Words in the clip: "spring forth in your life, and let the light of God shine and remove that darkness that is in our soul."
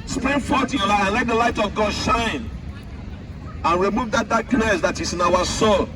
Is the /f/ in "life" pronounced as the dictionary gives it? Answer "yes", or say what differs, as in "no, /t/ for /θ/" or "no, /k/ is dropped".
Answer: no, /f/ is dropped